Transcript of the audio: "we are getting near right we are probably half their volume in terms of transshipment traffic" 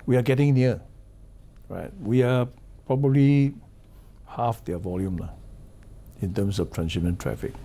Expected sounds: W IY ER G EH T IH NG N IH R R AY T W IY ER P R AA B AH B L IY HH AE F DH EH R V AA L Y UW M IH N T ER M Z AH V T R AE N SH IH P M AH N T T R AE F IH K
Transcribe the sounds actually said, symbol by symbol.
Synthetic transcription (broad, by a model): W IY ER G EH T IH NG N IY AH R AY T W IY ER P R AA B AH B L IY HH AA F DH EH V AA L Y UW M IH N T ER M S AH F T R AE N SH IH M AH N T T R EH F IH K